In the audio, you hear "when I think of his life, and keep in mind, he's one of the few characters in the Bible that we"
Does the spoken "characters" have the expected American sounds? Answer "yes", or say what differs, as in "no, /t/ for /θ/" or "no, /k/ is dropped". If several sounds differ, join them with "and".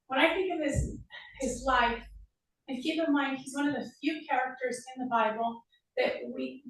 yes